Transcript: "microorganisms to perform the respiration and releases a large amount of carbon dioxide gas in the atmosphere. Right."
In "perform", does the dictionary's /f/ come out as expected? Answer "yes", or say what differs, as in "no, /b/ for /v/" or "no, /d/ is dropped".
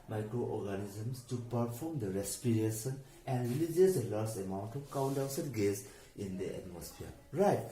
no, /p/ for /f/